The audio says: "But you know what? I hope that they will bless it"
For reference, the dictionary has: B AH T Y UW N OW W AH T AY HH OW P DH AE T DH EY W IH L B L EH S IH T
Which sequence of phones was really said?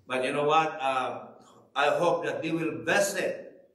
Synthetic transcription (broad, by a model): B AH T Y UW N OW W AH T AY HH OW P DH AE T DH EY W IH L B EH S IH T